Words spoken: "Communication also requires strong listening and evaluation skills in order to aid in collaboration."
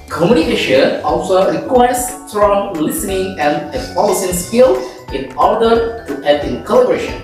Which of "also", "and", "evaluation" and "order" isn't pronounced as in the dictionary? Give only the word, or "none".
evaluation